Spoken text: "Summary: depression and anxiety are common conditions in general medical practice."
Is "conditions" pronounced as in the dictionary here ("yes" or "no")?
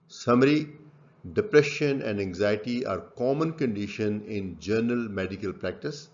no